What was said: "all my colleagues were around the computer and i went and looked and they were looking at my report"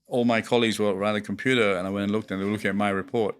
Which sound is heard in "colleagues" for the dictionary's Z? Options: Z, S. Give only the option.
Z